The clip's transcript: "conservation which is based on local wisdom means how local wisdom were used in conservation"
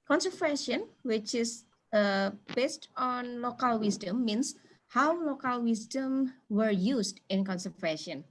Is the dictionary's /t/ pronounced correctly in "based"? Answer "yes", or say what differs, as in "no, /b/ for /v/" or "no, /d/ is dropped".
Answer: yes